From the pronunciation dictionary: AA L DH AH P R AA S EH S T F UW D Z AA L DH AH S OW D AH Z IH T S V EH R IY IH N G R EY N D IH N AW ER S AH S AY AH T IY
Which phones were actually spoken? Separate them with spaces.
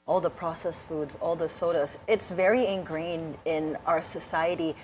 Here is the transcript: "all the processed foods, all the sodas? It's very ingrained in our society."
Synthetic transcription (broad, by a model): AA L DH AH P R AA S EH S F UW D Z AA L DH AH S OW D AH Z IH T S V EH R IY IH N G R EY N D IH N AW ER S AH S AY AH T IY